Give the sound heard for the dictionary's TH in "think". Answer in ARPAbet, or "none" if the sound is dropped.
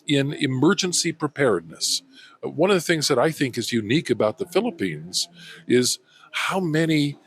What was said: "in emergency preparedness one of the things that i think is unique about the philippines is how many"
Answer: TH